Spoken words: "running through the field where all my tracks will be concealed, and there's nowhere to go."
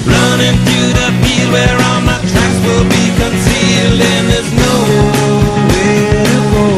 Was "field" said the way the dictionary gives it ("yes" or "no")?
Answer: no